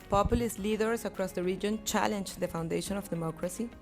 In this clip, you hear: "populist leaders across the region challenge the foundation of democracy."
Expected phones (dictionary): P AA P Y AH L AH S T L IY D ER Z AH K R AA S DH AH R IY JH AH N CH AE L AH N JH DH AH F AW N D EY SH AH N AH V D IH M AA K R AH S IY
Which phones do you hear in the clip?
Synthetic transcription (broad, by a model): P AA P Y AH L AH S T L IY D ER S AH K R AA S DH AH R IY JH AH N CH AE L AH N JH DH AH F AW N D EY SH AH N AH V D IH M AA K R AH S IY